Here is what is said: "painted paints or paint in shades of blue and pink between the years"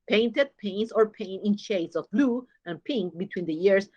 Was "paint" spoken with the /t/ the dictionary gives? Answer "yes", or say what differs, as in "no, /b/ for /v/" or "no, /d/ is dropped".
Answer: no, /t/ is dropped